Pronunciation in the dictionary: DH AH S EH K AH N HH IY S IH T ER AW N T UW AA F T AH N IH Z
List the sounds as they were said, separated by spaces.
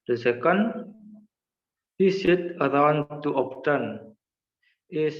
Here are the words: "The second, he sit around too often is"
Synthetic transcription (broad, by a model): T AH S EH K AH N HH IY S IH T ER AW N T UW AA P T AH N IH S